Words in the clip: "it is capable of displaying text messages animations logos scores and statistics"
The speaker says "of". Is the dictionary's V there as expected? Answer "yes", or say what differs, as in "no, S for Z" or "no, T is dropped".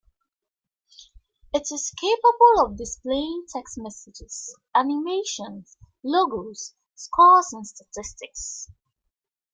yes